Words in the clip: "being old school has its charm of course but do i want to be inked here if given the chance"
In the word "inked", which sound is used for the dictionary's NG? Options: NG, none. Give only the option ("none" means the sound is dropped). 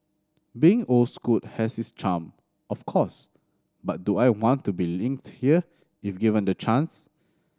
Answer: NG